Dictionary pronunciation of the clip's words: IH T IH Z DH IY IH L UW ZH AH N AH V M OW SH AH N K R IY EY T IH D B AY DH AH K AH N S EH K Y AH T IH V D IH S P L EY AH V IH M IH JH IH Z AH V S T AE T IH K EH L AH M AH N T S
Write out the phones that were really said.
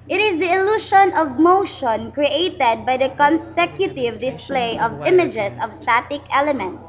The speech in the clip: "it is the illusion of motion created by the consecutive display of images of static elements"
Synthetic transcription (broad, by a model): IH T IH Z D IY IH L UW SH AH N AH V M OW SH AH N K R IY EY T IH D B AY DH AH K AH N S EH K Y AH T IH V D IH S P L EY AH V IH M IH JH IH S AH V S T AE T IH K EH L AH M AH N T S